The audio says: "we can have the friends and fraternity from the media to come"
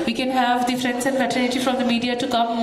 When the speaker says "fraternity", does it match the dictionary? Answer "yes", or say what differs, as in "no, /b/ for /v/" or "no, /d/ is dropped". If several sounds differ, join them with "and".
no, /ɹ/ is dropped and /l/ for /n/